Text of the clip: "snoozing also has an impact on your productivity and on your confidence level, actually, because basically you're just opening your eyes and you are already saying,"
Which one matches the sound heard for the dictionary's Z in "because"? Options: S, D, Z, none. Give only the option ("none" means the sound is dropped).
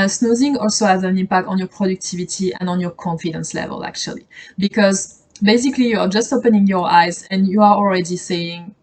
Z